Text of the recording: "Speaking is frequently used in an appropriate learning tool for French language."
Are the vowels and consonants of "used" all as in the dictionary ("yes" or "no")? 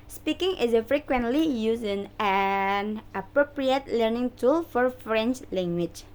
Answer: no